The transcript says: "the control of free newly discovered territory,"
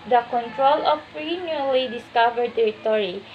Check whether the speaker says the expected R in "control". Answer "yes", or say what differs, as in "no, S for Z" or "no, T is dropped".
yes